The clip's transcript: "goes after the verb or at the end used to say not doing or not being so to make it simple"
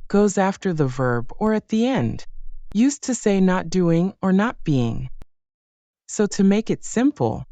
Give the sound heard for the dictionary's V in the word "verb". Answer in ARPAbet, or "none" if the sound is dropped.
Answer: V